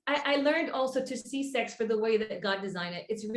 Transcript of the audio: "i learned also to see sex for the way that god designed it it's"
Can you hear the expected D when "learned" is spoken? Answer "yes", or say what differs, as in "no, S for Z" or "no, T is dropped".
yes